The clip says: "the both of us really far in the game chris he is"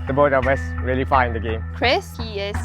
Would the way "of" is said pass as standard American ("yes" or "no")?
no